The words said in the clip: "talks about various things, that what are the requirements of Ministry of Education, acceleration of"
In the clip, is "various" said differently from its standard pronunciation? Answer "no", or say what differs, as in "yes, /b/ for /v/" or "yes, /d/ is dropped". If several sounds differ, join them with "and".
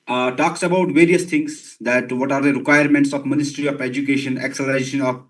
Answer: no